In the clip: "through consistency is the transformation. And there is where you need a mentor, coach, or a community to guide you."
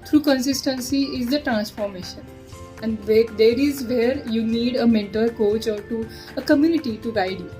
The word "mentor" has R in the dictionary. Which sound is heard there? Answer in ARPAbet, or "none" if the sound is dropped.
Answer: L